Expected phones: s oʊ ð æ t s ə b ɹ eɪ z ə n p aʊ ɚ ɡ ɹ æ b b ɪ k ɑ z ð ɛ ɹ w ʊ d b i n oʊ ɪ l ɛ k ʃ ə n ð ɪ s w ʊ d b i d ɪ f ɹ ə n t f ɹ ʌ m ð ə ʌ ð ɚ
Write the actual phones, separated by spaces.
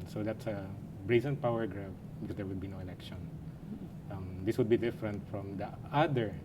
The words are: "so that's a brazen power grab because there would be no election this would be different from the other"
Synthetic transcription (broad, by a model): s oʊ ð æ t s ə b ɹ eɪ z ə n p aʊ ɚ ɡ ɹ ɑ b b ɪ k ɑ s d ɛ ɹ w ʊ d b i n oʊ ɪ n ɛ k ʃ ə n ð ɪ s w ʊ d b i d ɪ f ɹ ə n t f ɹ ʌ m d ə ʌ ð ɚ